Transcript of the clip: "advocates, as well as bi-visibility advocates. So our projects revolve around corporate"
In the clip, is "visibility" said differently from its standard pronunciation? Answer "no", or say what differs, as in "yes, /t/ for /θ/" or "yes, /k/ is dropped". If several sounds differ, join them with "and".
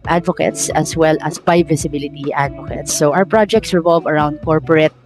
yes, /s/ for /z/